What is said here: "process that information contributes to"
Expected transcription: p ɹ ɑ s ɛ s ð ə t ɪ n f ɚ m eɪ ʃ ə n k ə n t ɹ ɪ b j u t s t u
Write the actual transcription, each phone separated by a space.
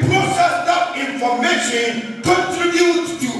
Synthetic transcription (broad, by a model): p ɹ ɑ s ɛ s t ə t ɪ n f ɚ m eɪ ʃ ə n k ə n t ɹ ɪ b j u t t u